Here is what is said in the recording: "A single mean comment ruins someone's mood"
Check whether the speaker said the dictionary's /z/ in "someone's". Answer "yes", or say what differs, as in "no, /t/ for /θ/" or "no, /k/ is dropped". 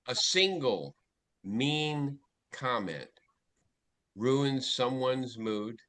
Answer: yes